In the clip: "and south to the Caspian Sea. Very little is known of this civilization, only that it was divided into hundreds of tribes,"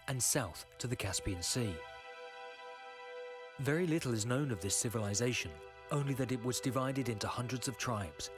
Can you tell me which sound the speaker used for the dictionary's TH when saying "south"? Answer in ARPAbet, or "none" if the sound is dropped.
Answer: TH